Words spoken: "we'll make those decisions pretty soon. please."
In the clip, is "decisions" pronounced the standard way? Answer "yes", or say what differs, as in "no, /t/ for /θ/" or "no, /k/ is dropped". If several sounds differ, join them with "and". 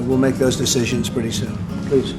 yes